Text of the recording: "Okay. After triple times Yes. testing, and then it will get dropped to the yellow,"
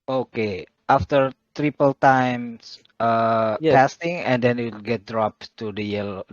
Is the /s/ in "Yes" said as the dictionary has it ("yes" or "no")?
no